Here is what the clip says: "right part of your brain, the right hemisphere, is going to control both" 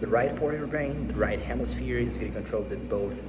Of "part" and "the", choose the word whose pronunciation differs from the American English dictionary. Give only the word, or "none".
none